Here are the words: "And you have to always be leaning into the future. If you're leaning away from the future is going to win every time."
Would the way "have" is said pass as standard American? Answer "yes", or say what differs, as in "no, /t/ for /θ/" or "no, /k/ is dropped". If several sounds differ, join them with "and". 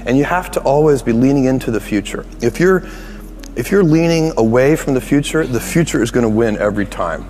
no, /f/ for /v/